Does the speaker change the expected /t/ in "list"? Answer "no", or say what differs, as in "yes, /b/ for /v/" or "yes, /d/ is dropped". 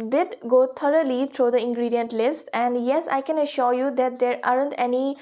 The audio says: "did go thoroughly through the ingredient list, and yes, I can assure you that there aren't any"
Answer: no